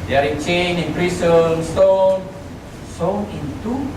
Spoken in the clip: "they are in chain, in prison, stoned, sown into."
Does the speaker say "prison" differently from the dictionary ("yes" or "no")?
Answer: yes